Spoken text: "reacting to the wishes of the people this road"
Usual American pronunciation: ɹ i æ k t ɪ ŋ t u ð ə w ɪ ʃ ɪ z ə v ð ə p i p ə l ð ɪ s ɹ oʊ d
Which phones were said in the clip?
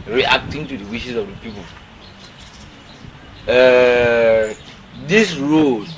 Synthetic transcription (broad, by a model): ɹ i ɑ k t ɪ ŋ t u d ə w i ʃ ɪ s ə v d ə p i p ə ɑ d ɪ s ɹ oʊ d